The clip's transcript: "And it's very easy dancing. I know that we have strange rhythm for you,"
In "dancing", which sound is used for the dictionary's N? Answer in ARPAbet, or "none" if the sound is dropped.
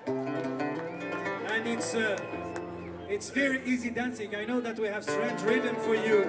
N